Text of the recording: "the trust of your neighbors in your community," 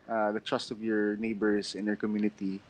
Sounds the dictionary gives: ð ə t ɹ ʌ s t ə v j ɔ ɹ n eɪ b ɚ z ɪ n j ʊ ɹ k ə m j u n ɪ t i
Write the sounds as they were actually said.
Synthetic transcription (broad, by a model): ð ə t ɹ ʌ s t ə v j ɔ ɹ n eɪ b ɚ s ɪ n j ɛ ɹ k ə m j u n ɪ t i